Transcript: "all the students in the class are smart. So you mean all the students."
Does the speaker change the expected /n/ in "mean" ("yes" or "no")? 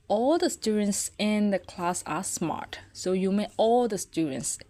yes